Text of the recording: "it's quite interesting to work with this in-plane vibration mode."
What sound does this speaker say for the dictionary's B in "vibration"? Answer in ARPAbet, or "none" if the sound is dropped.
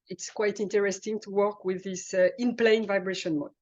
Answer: B